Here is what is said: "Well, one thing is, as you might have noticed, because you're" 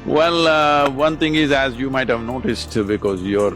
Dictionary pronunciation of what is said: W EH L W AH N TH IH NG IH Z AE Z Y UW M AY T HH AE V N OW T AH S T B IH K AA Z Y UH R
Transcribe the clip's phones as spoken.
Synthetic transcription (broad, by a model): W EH L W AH N T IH NG IH Z AE Z Y UW M AY T HH AE V N OW T AH S T B IH K AA Z Y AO R